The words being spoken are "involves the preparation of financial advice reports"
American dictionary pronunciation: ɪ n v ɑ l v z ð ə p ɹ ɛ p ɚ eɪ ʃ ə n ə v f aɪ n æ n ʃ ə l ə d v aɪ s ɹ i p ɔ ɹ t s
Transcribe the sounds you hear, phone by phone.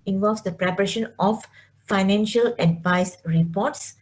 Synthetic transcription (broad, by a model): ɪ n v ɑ l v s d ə p ɹ ɛ p ɚ eɪ ʃ ə n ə f f aɪ n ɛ n ʃ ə l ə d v aɪ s ɹ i p ɔ t s